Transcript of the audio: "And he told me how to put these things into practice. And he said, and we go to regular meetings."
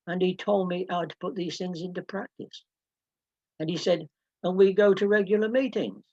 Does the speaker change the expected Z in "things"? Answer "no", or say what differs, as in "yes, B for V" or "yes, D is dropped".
no